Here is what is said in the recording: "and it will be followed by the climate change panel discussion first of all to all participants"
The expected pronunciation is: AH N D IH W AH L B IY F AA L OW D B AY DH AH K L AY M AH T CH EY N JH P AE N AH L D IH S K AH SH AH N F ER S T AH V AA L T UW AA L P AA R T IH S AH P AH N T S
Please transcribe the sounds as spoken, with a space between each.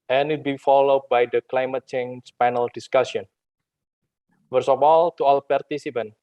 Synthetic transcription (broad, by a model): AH N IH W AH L B IY F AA L OW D B AY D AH K L AY M AH T CH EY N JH P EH N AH L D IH S K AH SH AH N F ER S AH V AA L T UW AA L P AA R T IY S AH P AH N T